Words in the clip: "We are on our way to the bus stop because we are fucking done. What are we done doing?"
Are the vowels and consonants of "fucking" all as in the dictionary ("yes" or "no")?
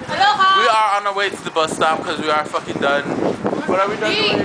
yes